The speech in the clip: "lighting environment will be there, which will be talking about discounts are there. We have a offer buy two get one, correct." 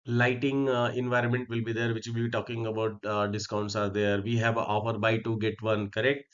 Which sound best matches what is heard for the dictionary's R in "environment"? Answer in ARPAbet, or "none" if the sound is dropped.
R